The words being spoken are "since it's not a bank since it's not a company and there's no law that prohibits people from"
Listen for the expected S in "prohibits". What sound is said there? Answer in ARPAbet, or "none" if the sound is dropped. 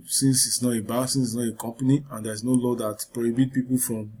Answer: none